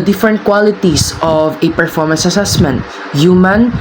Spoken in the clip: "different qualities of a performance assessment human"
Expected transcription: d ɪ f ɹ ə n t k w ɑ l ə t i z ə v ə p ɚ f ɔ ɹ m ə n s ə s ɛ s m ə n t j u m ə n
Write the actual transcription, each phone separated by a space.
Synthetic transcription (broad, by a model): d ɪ f ɹ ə n t k w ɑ l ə t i s ə v ə p ɚ f ɔ ɹ m ə n s ə s ɛ s m ə n t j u m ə n